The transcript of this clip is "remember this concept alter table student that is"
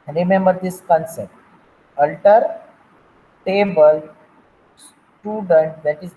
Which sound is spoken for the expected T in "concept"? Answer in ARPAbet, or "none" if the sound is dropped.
T